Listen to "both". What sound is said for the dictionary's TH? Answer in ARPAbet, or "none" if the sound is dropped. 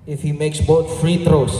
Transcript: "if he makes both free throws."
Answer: T